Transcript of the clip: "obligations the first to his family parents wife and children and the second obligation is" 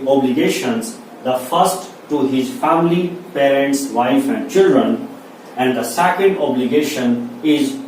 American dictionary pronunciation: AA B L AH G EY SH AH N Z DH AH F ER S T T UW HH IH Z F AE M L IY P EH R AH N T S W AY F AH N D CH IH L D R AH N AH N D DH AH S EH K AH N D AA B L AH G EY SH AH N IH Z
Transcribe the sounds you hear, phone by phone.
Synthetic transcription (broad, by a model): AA B L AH G EY SH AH N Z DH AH F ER S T T UW HH IH Z F AE M L IY P EH R AH N T S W AY F AH N D CH IH L D R AH N AH N D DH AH S EH K AH N D AA B L AH G EY SH AH N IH Z